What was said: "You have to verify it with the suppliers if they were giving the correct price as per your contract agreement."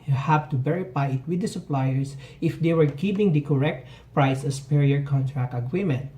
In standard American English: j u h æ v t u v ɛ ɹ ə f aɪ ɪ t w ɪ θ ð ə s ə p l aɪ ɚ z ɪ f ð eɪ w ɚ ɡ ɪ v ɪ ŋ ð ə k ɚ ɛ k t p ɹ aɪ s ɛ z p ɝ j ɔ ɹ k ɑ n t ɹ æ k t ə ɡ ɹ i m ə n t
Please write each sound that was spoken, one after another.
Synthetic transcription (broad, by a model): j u h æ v t u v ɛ ɹ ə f aɪ ɪ t w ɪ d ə s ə p l aɪ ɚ s ɪ f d eɪ w ɚ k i p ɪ ŋ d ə k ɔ ɛ k t p ɹ aɪ s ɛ s p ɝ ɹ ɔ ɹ k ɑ n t ɹ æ k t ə ɡ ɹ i m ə n t